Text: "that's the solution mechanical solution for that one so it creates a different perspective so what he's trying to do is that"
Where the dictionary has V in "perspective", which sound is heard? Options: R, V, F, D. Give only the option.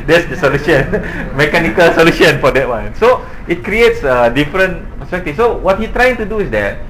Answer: F